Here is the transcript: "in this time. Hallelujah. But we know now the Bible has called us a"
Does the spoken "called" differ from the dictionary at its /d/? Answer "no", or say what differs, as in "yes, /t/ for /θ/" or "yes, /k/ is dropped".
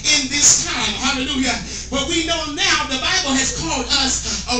no